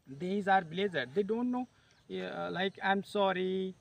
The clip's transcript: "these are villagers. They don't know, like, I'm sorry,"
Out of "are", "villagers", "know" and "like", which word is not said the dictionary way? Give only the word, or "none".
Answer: villagers